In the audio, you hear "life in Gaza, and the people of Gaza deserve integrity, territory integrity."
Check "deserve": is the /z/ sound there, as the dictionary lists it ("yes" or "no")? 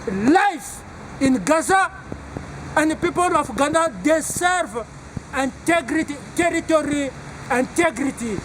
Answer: no